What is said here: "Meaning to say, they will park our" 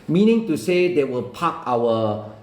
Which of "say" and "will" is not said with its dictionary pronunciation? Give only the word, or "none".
none